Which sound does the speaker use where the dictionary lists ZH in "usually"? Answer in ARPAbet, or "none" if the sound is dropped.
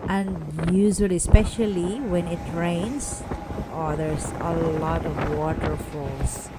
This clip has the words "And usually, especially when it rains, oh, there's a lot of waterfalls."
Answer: Z